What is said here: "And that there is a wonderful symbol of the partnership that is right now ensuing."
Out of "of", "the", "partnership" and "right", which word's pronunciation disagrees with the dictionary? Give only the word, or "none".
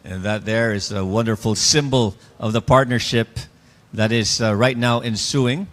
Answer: none